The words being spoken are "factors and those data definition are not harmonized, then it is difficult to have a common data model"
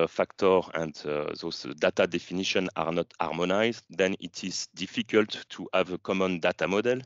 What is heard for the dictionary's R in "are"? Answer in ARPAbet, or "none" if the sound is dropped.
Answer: R